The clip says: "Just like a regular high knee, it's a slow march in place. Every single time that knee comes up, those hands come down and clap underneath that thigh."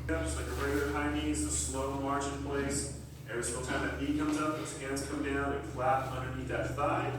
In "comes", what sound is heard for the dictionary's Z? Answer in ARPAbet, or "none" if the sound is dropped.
Z